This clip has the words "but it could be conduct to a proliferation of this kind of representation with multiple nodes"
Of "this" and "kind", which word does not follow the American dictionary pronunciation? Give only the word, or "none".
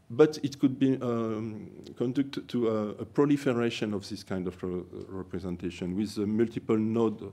none